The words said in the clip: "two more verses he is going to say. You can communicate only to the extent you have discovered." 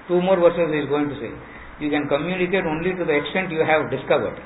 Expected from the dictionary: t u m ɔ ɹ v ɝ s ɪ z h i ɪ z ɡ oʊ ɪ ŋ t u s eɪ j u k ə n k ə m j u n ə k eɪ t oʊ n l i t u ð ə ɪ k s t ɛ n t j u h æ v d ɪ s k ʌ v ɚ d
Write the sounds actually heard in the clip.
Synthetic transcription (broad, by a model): t u m ɔ ɹ v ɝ s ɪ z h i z ɡ oʊ ɪ ŋ t u s eɪ j u k ə n k ə m j u n ə k eɪ t oʊ n l i t u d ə ɪ k s t ɛ n t j u h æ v d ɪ s k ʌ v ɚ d